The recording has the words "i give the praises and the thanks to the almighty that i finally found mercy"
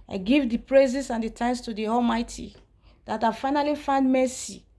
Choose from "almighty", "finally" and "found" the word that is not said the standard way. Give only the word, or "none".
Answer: none